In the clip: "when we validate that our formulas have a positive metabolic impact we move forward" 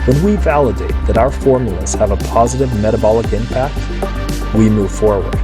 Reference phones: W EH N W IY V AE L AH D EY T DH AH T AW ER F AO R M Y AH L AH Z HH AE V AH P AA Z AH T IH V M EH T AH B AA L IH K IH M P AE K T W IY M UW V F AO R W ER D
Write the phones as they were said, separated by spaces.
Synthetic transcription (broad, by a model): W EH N W IY V AE L AH D EY T DH AH T AW ER F AO R M Y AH L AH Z HH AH V AH P AA Z AH T IH V M EH T AH B AA L IH K IH M P AE K T W IY M UW V F AO R W ER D